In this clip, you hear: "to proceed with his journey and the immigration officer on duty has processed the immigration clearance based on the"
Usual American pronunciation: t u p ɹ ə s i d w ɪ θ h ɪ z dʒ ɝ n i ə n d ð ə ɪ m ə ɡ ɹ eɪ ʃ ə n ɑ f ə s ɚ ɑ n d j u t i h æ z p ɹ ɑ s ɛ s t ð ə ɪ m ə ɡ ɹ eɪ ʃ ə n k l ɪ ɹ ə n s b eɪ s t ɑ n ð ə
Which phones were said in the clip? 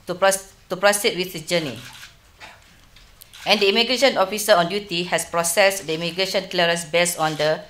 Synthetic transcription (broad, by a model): t u p ɹ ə s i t w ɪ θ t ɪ dʒ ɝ n i ə n d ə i m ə ɡ ɹ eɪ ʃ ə n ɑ f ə s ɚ ɑ n d j u t i h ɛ s p ɹ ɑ s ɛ s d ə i m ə ɡ ɹ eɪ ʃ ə n k l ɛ ɹ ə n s b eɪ s ɑ n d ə